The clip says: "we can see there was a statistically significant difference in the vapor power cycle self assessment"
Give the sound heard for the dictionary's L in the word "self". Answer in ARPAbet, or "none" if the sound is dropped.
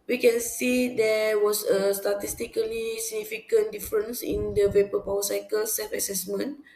none